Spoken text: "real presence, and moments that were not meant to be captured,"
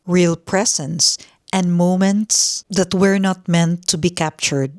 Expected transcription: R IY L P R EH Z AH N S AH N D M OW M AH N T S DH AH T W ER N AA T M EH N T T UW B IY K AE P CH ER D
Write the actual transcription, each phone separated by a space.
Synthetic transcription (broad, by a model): R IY L P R EH S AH N S AH N D M OW M AH N T S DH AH T W ER N AA T M EH N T T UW B IY K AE P CH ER D